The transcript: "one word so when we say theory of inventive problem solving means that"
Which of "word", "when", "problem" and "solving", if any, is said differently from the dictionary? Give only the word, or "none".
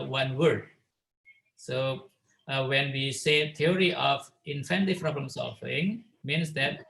solving